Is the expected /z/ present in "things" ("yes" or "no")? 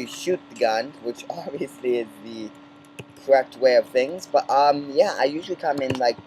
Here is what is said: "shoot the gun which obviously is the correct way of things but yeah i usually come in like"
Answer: yes